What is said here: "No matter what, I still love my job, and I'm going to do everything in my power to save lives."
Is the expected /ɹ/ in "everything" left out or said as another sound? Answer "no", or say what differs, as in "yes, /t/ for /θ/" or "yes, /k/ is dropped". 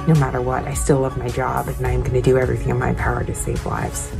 no